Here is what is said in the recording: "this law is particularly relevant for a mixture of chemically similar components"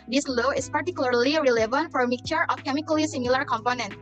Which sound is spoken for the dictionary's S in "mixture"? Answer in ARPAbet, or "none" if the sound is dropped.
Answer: none